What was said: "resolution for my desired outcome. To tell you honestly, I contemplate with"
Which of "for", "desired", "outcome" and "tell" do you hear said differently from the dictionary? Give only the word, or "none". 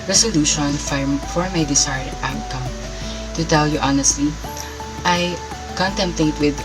desired